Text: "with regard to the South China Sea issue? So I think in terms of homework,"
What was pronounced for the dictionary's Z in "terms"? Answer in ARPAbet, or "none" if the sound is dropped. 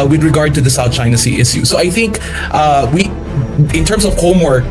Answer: S